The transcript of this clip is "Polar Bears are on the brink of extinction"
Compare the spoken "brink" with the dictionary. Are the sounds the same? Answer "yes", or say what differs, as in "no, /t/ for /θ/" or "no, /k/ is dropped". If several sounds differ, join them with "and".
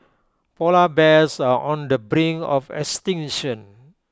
no, /k/ is dropped